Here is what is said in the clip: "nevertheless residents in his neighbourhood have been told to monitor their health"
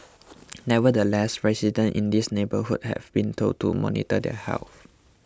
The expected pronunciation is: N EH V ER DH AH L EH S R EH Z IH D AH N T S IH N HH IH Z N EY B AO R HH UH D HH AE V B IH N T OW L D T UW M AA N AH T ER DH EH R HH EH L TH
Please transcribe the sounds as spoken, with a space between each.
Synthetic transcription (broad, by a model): N EH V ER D AH L EH S R EH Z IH D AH N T IH N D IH S N EY B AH HH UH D HH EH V B IH N T OW D T UW M AA N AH T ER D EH HH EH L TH